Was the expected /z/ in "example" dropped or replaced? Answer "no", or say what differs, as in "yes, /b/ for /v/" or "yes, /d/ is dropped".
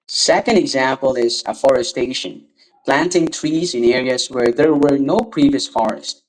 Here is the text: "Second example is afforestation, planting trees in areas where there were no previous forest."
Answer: no